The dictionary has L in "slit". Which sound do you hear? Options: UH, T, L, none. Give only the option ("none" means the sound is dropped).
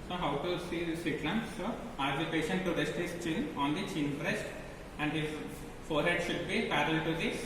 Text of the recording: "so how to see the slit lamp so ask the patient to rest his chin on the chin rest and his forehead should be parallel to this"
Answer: none